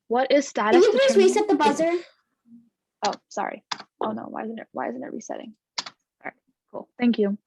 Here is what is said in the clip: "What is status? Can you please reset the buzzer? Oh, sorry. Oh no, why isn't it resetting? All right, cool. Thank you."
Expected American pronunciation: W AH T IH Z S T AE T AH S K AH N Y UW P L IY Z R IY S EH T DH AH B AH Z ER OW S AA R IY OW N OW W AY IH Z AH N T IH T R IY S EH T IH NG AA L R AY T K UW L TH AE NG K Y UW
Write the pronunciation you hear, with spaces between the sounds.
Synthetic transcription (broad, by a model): W AH T IH Z S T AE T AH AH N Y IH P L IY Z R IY S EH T DH AH B AH Z ER OW S AA R IY OW N OW W AY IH Z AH N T IH T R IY S EH T IH NG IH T K UW L TH AE NG K Y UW